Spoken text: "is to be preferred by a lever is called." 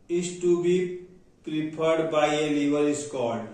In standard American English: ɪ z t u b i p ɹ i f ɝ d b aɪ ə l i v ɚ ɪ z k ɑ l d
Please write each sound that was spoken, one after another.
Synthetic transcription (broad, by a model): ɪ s t u b i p ɹ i p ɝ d b aɪ ə l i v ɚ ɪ s k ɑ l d